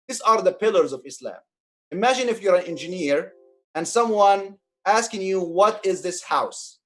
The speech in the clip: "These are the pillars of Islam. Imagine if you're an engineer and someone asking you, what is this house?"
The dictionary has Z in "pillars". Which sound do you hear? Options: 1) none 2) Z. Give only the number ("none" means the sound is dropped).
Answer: 2